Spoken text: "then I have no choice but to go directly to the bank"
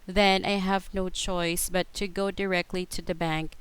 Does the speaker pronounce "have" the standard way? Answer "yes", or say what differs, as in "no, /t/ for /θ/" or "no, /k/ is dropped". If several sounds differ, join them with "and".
yes